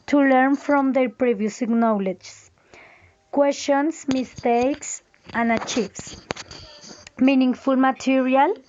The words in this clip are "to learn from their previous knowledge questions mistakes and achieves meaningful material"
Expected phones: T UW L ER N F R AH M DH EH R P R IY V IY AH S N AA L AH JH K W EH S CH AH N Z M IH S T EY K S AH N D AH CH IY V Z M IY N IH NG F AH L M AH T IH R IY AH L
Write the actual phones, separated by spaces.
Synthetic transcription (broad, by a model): T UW L ER N F R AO M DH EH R P R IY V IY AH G N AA L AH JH K W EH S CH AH N S M IH S T EY K S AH N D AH CH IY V S M IY N IH NG F AH L M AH T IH R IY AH L